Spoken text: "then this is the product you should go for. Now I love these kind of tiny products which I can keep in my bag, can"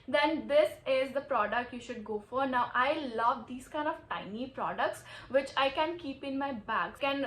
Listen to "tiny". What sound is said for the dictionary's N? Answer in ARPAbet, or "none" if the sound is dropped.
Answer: N